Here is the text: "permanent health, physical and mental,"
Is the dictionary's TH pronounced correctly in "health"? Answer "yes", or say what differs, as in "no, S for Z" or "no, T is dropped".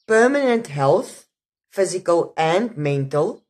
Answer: yes